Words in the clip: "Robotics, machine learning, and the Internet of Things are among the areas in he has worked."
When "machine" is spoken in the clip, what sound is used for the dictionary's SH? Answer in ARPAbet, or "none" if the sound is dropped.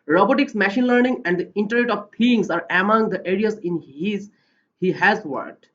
SH